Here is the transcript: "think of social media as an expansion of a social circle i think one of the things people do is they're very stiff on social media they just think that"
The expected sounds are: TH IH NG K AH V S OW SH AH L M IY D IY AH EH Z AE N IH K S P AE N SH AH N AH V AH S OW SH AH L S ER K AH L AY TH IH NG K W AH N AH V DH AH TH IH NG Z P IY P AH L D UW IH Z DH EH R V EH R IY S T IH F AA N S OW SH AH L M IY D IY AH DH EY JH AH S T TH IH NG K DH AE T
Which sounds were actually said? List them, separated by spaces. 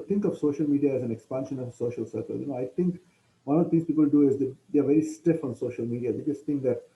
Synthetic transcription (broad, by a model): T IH NG K AH V S OW SH AH L M IY D IY AH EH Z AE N IH K S P AE N SH AH N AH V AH S OW SH AH L S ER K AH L AY T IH NG K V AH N AH V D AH T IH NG S P IY P AH L D UW IH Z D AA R V EH R IY S T IH F AA N S OW SH AH L M IY D IY AH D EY JH AH S T T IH NG K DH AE T